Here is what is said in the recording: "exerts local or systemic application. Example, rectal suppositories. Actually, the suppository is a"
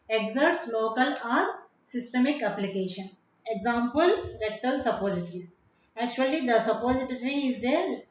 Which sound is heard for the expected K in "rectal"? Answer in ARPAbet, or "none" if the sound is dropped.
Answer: none